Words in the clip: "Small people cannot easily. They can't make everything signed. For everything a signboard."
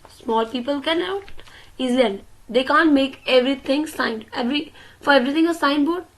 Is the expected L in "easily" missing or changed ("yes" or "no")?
yes